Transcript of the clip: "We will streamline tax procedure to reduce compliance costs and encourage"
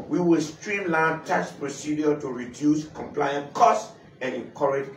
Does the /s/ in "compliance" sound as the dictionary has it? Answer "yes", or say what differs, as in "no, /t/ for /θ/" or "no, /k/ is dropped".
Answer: no, /s/ is dropped